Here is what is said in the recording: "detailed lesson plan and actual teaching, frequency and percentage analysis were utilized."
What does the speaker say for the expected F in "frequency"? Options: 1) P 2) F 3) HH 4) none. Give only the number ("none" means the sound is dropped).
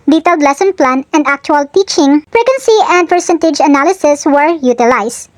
1